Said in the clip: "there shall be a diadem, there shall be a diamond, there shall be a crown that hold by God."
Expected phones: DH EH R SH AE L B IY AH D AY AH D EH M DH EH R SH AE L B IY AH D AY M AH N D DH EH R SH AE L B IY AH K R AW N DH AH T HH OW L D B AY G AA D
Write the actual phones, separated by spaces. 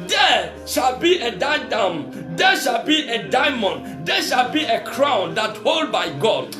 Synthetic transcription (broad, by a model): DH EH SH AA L B IY AH D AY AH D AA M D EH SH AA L B IY AH D AY M AH N D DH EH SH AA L B IY AH K R AW N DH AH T HH OW L D B AY G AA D